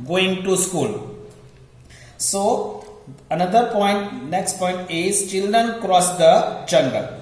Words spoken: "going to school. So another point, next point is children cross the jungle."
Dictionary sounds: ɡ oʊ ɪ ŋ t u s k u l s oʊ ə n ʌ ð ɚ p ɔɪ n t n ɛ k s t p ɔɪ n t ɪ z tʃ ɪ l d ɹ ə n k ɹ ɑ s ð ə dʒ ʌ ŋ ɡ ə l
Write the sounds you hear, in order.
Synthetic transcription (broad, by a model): ɡ oʊ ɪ ŋ t u s k u l s oʊ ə n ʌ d ɚ p ɔɪ n t n ɛ k s t p ɔɪ n t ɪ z tʃ ɪ l d ɹ ə n k ɹ ɑ s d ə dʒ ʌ ŋ ɡ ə l